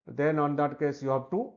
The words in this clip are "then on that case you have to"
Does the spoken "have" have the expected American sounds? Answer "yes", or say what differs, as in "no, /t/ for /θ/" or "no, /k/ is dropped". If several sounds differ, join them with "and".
no, /b/ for /v/